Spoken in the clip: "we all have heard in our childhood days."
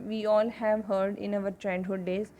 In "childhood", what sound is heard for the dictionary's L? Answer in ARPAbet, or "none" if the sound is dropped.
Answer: N